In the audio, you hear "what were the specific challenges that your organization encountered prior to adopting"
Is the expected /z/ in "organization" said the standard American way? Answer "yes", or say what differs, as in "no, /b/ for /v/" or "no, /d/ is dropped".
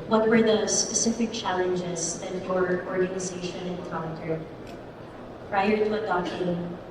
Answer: yes